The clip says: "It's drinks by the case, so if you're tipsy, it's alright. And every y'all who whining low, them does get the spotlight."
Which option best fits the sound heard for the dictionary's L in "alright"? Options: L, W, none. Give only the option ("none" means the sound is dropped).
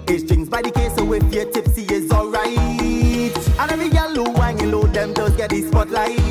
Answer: L